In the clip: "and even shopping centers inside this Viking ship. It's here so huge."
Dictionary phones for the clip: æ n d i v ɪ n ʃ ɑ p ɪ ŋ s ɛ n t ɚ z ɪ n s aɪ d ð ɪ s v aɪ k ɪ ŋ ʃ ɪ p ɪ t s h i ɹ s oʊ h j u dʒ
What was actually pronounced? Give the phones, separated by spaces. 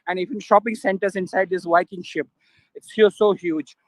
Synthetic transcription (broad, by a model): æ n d i v ɪ n ʃ ɑ p ɪ ŋ s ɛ n t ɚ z ɪ n s aɪ d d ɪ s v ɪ k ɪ ŋ ʃ ɪ p ɪ t s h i l s oʊ h j u dʒ